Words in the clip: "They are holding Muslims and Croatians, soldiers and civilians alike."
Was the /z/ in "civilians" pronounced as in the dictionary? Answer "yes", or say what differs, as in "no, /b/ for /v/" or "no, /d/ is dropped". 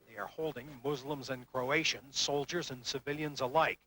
yes